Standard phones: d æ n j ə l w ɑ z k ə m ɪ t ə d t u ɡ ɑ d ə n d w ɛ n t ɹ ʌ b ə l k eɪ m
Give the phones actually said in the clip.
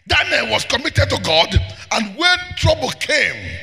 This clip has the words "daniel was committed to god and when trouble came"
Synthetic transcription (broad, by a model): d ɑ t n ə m w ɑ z k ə m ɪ t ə d t u ɡ ɑ d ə n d w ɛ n t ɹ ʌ b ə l k eɪ m